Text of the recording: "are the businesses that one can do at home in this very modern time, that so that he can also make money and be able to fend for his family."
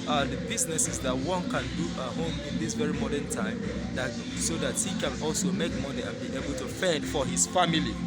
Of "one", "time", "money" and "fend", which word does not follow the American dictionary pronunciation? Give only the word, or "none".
fend